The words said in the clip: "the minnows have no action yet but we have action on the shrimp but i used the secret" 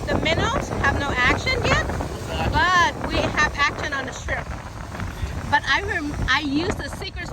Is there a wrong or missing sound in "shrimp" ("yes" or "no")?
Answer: yes